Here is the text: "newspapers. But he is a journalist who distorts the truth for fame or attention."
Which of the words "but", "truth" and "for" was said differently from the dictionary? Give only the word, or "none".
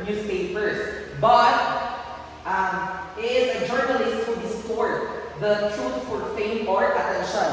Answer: truth